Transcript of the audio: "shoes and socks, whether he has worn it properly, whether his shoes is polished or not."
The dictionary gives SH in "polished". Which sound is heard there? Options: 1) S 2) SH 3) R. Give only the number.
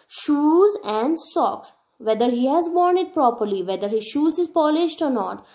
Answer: 2